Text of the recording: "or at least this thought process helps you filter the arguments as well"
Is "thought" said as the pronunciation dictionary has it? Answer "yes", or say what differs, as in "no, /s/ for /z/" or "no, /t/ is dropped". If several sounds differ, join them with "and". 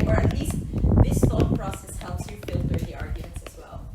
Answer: no, /f/ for /θ/